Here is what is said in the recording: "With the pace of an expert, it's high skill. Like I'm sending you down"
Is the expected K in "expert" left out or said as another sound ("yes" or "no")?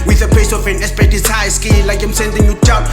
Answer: yes